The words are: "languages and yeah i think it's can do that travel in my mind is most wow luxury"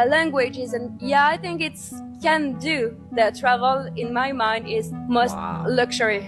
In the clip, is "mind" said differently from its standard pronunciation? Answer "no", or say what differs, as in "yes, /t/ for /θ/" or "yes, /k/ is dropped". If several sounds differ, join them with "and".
no